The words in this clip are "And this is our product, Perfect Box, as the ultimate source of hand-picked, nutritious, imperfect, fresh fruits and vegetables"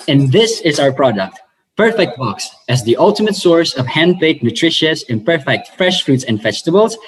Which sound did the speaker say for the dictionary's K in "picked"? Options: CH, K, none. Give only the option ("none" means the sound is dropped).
none